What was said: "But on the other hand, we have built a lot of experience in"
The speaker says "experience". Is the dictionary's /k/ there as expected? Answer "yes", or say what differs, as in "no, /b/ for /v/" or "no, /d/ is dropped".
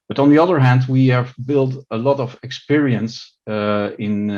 yes